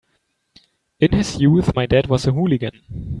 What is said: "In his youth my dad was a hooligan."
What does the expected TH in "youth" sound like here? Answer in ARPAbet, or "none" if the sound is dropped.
TH